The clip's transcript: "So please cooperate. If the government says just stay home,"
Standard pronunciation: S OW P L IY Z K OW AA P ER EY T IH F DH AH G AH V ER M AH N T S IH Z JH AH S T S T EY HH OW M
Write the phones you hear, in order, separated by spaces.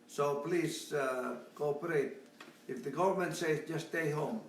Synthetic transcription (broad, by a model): S OW P L IY Z K OW AA P ER EY T IH F DH AH G AH V ER M AH N T S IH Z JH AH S S T EY HH OW M